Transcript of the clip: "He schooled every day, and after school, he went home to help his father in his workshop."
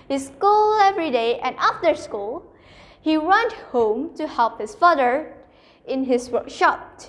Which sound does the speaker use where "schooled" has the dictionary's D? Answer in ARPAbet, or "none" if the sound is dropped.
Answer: none